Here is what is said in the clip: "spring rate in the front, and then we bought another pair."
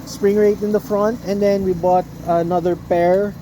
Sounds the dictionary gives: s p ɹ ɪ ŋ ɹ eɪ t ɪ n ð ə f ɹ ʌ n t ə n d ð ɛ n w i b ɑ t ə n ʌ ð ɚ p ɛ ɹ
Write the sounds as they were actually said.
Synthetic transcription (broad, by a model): s p ɹ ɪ ŋ ɹ eɪ t ɪ n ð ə f ɹ ʌ n t ə n d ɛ n w i b ɑ t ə n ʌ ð ɚ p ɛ ɹ